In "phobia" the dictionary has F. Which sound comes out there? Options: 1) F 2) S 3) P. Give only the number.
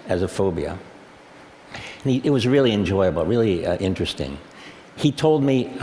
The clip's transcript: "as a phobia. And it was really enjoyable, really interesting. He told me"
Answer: 1